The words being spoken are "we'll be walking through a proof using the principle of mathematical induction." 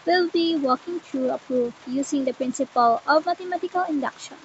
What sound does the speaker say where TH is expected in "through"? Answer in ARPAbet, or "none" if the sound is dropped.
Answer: T